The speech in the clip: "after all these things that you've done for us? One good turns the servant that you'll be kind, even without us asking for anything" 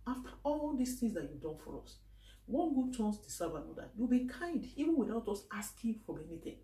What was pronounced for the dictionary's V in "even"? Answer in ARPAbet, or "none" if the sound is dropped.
V